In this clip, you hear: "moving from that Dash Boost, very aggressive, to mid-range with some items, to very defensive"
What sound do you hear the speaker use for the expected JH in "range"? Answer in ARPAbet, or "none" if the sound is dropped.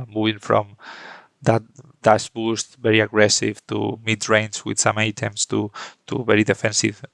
Z